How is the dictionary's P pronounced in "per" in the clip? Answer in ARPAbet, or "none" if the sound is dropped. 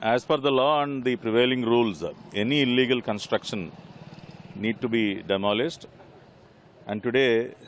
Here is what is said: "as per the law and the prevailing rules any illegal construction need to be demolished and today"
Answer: F